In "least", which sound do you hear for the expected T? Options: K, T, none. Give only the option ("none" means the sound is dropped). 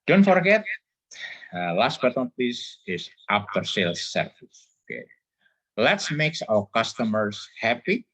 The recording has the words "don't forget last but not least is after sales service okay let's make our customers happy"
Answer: none